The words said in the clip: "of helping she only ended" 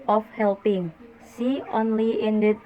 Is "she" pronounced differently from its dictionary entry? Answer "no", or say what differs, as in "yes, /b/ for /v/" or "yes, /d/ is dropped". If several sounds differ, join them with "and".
yes, /s/ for /ʃ/